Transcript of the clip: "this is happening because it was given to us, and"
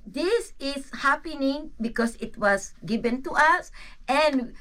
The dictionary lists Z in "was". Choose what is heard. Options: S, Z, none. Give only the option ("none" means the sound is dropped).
S